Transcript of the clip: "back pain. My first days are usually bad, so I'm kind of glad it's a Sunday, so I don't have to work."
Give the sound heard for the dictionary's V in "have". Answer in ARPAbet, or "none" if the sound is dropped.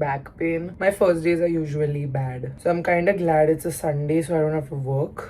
F